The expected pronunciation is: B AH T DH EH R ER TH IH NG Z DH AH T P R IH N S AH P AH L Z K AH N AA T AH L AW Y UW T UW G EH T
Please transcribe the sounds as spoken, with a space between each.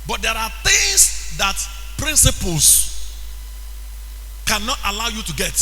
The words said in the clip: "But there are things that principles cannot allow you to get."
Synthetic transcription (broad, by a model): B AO T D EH R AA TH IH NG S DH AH T P R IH N S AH P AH L S K AH N AA T AH L AW Y UW T UW G EH T